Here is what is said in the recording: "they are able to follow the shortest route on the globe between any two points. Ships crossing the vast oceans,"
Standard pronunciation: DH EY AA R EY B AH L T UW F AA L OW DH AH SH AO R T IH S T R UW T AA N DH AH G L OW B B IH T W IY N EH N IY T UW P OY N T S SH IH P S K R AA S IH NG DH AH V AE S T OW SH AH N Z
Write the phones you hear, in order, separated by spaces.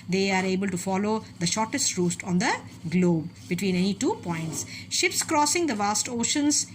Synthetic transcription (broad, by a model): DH EY AA R EY B AH L T UW F AA L OW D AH SH AO R T IH S T R UW T AA N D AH G L OW B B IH T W IY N EH N IY T UW P OY N T S SH IH P S K R AA S IH NG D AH V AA S T OW SH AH N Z